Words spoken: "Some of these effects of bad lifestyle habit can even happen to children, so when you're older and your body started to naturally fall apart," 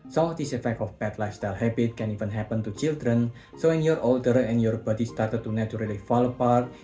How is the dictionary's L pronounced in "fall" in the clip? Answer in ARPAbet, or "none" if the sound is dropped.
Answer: L